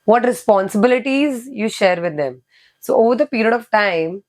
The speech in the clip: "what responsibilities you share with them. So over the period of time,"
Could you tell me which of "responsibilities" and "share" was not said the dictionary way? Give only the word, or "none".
none